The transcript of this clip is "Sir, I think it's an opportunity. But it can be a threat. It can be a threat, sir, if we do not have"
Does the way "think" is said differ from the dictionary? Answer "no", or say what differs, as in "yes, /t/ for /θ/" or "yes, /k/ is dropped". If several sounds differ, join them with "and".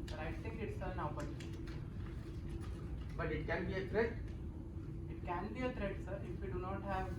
yes, /t/ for /θ/ and /ŋ/ is dropped